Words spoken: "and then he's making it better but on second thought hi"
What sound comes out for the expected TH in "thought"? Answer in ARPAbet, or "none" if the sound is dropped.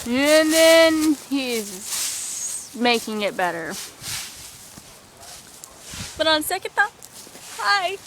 T